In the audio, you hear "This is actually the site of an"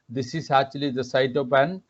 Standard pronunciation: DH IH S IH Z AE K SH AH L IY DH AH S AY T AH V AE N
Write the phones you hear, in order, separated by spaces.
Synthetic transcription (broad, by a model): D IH S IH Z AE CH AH L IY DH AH S AY T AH P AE N